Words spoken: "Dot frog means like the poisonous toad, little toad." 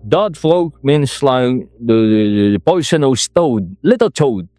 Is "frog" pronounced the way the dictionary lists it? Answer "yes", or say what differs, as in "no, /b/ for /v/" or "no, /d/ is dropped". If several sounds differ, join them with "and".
no, /l/ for /ɹ/